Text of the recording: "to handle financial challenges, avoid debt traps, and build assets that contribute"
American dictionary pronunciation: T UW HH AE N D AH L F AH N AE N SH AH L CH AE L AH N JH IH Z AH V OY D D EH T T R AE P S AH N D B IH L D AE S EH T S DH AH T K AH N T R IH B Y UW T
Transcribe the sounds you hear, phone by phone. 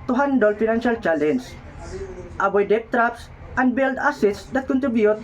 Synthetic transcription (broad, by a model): T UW HH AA N D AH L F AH N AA N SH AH L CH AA L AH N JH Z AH B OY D D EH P T R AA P S AH N D B IH L D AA S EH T S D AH T K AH N T R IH B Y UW T